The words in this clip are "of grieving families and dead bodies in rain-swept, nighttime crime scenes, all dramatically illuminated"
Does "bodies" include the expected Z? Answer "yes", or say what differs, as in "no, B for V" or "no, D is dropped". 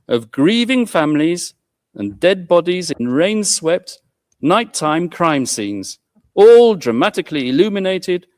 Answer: yes